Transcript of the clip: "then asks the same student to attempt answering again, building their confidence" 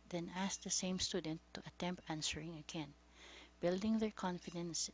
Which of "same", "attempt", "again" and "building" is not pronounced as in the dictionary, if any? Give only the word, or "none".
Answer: none